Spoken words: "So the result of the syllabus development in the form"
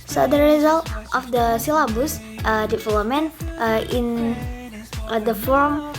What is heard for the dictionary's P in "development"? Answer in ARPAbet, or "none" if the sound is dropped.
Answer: none